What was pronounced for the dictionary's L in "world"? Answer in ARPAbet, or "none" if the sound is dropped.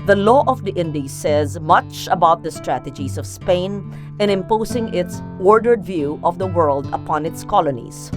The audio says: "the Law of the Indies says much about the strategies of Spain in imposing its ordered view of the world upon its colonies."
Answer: L